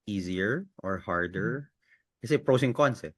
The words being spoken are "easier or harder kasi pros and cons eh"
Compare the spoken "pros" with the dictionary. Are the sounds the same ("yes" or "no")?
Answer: no